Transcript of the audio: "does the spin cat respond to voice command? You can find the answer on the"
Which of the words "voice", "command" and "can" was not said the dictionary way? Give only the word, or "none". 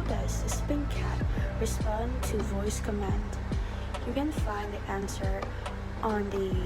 none